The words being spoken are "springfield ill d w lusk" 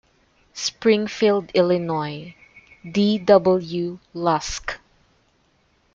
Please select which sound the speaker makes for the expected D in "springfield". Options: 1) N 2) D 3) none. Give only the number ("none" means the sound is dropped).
2